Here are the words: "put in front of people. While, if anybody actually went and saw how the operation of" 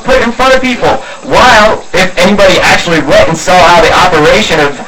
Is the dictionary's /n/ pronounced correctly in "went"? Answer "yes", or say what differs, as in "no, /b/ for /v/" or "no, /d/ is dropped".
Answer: no, /n/ is dropped